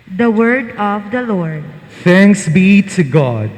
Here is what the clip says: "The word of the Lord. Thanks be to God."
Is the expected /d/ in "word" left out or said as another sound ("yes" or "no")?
no